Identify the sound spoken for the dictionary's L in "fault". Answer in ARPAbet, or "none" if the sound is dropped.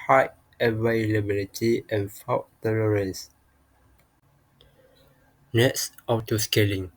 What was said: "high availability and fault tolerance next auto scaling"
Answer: W